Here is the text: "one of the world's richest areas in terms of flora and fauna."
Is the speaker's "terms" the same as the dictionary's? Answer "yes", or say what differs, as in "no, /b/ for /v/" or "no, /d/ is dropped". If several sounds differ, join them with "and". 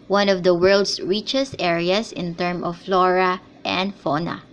no, /z/ is dropped